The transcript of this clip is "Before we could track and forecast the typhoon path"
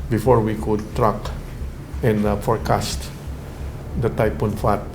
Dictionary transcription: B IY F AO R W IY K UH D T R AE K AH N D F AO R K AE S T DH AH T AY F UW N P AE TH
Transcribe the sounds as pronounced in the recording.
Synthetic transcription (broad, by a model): B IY F AO R W IY K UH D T R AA K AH N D F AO R K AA S T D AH T AY P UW N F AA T